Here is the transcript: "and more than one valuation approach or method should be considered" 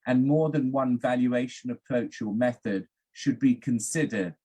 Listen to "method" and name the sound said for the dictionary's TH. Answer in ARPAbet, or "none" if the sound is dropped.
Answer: TH